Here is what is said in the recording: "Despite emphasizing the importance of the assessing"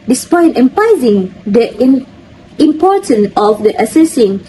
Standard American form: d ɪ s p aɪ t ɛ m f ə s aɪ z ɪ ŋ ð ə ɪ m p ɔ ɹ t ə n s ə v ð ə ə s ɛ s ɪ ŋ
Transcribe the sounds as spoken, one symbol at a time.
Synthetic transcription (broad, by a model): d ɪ s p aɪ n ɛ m p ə ɪ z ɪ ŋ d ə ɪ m p ɔ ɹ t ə n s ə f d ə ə s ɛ s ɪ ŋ